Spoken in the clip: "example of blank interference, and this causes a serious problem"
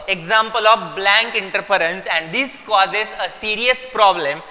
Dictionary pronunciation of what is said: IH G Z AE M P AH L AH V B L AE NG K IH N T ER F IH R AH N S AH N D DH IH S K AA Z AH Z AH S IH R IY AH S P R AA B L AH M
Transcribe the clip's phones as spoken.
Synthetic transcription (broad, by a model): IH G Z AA M P AH L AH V B L AE NG K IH N T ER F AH R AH N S AH N D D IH S K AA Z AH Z AH S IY R IY AH S P R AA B L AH M